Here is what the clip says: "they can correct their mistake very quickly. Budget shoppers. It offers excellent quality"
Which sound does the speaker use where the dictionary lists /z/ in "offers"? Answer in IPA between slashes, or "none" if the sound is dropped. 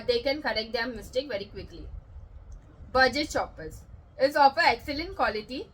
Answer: none